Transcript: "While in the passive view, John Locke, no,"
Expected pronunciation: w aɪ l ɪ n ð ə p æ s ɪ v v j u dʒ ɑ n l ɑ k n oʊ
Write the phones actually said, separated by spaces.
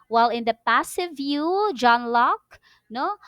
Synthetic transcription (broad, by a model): w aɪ l ɪ n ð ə p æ s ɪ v v j u dʒ ɑ n l ɑ k n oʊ